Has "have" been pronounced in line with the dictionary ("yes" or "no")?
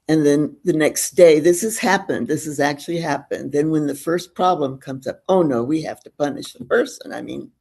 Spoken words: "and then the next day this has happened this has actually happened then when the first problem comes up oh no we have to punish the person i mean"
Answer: no